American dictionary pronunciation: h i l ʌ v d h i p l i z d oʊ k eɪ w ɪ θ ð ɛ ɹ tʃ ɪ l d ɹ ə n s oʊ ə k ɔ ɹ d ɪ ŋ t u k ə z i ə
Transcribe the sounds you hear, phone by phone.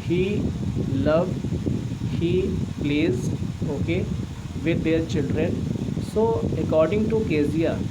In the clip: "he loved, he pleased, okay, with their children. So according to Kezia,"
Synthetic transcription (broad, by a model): h i l ʌ v d h i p l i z oʊ k eɪ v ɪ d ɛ ɹ tʃ ɪ l d ɹ ə n s oʊ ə k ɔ ɹ d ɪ ŋ t u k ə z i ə